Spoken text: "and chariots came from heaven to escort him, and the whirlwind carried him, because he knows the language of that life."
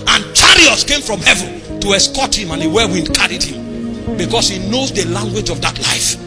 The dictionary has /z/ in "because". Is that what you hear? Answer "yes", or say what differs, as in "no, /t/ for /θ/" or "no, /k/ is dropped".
no, /s/ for /z/